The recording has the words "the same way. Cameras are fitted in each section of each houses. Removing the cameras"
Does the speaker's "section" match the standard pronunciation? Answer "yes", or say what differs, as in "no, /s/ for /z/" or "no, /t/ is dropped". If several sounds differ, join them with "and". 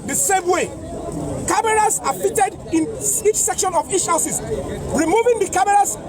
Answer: yes